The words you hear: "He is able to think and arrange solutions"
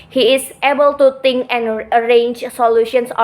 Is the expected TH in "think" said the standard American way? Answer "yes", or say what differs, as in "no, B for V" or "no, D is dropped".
no, T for TH